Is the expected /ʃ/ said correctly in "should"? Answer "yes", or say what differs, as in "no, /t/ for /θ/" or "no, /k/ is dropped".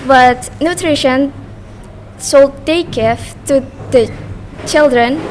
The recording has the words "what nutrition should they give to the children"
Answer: no, /s/ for /ʃ/